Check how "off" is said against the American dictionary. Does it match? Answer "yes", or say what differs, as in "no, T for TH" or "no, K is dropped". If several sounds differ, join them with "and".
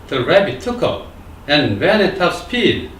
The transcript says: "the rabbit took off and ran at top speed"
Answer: no, P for F